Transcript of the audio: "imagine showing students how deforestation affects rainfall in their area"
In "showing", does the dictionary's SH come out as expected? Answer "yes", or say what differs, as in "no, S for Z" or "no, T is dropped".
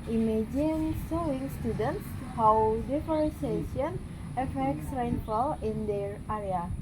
no, S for SH